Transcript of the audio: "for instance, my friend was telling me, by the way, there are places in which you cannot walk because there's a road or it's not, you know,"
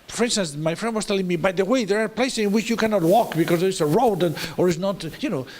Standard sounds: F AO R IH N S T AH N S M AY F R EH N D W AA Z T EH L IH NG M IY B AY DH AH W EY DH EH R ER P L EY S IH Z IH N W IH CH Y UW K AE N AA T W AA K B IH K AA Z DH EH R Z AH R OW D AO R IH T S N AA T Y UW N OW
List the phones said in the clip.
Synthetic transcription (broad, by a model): F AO R IH N S T AH N S M AY F R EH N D W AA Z T EH L IH NG M IY B AY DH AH W EY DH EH R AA P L EY S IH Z IH N W IH CH Y UW K AE N AA T W AA K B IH K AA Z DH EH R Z AH R OW D AO R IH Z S N AA T Y UW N OW